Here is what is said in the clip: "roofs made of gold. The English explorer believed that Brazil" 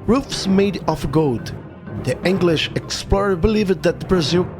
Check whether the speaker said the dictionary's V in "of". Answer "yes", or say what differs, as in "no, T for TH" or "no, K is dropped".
no, F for V